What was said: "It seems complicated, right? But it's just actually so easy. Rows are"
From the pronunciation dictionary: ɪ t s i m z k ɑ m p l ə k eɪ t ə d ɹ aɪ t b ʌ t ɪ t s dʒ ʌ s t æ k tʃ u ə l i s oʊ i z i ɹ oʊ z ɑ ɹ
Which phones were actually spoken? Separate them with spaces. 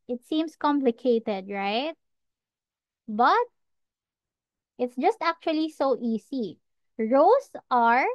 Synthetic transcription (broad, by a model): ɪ t s i m s k ɑ m p l ə k eɪ t ə d ɹ aɪ t b ʌ t ɪ t s dʒ ʌ s t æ k tʃ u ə l i s oʊ i s i ɹ oʊ s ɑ ɹ